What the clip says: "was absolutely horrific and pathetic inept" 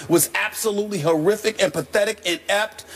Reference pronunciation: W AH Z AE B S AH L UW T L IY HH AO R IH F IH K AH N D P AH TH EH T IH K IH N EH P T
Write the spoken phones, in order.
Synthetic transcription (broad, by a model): W AH Z AE B S AH L UW T L IY HH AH R IH F IH K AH N P AH TH EH T IH K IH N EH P T